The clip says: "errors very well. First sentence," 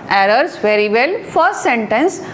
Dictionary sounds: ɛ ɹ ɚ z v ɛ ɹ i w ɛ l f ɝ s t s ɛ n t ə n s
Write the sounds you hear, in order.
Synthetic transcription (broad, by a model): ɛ ɹ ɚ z v ɛ ɹ i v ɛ l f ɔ t s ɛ n t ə n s